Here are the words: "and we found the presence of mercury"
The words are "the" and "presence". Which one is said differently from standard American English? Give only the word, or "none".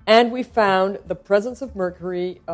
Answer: none